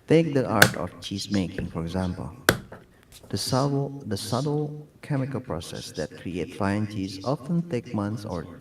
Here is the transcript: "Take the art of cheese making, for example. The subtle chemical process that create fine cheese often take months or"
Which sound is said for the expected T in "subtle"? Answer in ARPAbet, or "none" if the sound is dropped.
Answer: S